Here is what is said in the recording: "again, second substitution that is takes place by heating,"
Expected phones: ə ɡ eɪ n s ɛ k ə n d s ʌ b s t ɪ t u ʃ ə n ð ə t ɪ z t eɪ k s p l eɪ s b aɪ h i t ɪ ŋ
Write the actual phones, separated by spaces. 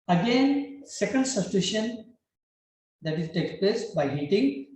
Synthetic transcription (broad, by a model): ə ɡ eɪ n s ɛ k ə n d s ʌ s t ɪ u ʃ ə n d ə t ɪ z t eɪ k p l eɪ s b aɪ h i t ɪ ŋ